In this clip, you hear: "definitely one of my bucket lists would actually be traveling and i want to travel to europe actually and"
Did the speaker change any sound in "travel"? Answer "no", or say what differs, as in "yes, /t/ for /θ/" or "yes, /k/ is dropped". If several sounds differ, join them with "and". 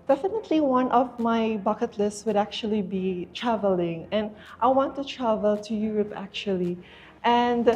no